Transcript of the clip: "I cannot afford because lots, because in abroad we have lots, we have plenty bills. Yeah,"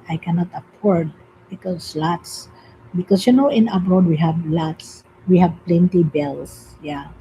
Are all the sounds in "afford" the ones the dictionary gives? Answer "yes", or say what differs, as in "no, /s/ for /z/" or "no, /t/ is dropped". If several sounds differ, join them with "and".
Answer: no, /p/ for /f/